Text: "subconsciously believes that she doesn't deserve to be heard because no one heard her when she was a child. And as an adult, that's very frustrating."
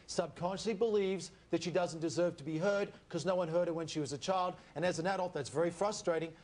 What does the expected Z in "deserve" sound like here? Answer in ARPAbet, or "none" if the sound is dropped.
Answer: Z